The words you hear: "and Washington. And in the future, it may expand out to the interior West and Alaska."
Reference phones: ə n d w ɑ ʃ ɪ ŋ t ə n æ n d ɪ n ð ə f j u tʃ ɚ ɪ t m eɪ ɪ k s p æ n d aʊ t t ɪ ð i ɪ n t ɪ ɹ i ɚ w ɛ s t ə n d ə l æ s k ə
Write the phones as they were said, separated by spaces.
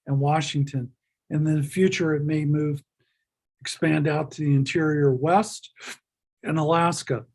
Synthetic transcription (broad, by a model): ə n w ɑ ʃ ɪ ŋ t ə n n ɪ n ð ə f j u tʃ ɚ ɪ t m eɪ ɪ k s p æ n d aʊ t t ɪ ð i ɪ n t ɪ ɹ i ɚ w ɛ s t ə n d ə l æ s k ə